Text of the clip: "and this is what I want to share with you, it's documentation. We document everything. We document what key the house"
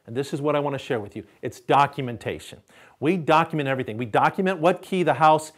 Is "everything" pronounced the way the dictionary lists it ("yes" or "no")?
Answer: yes